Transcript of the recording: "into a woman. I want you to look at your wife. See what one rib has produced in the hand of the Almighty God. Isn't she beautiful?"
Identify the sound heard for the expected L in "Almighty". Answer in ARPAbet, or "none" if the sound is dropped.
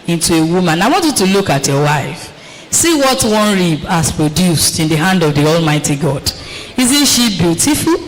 L